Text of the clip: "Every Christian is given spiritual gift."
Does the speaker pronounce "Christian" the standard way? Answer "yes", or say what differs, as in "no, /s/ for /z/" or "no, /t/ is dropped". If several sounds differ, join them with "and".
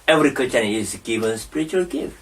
no, /ɹ/ is dropped and /s/ is dropped